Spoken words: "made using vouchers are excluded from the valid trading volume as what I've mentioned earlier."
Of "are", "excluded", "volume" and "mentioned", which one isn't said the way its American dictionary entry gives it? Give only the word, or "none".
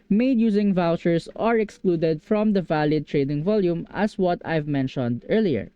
none